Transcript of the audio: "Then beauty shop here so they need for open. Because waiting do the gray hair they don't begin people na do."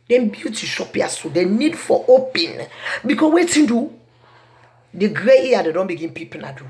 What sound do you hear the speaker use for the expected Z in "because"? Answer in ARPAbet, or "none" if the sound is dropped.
none